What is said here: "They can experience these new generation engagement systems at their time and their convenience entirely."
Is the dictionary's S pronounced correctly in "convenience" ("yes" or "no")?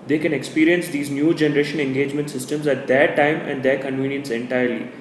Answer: yes